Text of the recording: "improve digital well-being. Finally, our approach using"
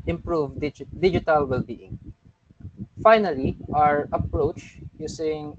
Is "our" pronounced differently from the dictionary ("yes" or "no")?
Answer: no